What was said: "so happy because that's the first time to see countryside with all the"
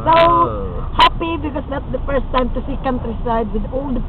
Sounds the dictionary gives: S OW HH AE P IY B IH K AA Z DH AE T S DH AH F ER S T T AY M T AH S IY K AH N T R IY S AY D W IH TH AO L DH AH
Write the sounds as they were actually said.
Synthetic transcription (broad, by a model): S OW HH AE P IY B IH K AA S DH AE T S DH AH F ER S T T AY M T AH S IY K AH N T R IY S AY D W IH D AO L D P